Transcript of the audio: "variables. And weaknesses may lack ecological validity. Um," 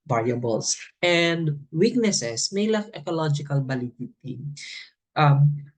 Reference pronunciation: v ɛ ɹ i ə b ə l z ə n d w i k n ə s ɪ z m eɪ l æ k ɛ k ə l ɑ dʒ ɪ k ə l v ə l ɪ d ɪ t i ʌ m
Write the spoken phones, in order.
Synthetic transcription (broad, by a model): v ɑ ɹ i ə b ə l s ə n d w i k n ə s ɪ s m eɪ l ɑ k ɛ k ə l ɑ dʒ ɪ k ə l b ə l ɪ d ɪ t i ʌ m